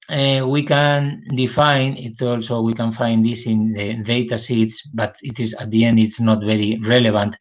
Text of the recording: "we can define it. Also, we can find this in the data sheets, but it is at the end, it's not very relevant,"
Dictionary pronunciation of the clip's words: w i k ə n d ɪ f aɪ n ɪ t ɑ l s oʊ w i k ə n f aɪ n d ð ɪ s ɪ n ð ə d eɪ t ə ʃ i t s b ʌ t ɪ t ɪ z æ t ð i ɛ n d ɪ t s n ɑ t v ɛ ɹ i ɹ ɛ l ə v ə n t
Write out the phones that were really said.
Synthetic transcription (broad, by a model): w i k ə n d ɪ f aɪ n ɪ t ɑ l s oʊ w i k ə n f aɪ n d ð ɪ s ɪ n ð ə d eɪ t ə s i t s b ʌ t ɪ t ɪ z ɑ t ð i ɛ n d ɪ t s n ɑ t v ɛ ɹ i ɹ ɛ l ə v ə n t